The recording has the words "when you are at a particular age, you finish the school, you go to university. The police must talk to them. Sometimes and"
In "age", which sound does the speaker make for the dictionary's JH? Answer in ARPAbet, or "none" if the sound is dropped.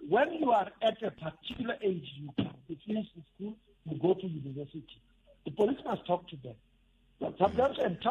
JH